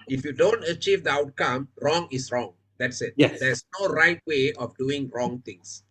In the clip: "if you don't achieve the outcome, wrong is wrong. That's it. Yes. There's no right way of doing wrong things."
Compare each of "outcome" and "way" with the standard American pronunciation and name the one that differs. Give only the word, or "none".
none